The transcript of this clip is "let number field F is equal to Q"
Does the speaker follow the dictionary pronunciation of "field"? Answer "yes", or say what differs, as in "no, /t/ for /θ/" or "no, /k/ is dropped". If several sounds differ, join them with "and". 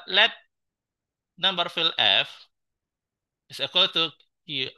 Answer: no, /d/ is dropped